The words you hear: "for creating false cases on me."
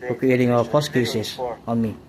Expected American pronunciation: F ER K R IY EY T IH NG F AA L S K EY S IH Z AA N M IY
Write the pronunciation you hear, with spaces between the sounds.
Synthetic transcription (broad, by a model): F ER K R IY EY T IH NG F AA S K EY S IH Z AA N M IY